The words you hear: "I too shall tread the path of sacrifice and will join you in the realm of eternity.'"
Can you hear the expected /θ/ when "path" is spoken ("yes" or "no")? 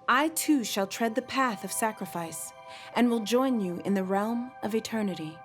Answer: yes